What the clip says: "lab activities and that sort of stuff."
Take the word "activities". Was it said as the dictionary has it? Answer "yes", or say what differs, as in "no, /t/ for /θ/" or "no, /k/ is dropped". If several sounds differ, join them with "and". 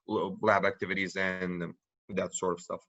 yes